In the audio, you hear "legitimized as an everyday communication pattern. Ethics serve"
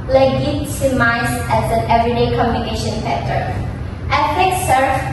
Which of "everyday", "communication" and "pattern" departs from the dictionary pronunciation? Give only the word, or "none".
pattern